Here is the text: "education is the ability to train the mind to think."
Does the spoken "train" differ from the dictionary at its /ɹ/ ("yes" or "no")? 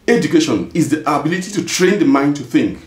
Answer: no